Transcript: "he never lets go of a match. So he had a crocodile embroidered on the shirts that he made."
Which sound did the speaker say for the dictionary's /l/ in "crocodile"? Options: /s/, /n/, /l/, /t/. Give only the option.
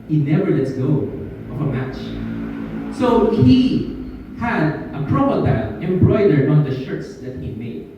/n/